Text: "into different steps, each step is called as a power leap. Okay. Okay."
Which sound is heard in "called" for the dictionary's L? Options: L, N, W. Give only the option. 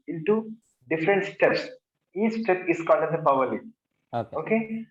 N